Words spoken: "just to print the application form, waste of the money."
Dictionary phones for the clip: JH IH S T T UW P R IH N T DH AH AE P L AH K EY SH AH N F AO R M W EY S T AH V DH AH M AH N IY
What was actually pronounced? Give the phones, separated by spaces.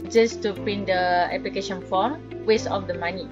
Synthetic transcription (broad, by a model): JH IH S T T UW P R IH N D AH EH P L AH K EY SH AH N F AO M W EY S AH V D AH M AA N IY